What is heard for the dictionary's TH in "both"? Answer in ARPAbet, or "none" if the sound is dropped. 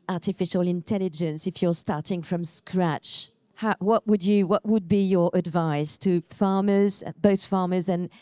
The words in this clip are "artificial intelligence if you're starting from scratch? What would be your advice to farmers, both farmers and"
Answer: TH